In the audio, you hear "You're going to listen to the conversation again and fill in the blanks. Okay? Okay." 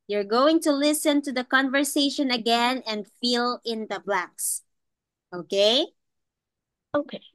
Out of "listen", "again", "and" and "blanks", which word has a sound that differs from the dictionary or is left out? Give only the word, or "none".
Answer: blanks